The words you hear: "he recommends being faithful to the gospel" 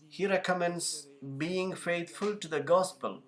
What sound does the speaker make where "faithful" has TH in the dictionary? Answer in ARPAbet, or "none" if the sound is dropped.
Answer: T